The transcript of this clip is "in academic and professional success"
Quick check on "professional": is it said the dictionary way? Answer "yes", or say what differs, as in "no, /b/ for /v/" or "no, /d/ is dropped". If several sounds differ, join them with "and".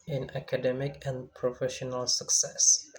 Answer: yes